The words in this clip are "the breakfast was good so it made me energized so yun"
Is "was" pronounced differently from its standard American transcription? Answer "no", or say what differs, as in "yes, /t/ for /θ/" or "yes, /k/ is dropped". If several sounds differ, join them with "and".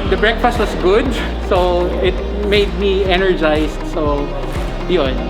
yes, /s/ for /z/